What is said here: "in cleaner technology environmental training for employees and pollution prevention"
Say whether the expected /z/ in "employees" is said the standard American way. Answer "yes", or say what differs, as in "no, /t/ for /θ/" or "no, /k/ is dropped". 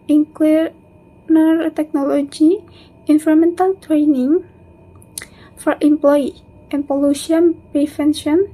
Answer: no, /z/ is dropped